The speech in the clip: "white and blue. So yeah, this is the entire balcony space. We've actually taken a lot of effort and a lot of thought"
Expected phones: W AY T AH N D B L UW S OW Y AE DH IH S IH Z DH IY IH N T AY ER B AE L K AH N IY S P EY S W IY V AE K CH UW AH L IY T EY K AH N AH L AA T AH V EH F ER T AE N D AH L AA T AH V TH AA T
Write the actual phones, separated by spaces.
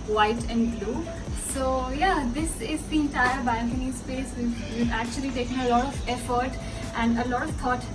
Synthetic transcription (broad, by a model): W AY T AH N D B L UW S OW Y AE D IH S IH Z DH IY IH N T AY ER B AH N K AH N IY S P EY S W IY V AE K CH UW AH L IY T EY K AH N AH L AA T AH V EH F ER T AE N D AH L AA T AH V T AA T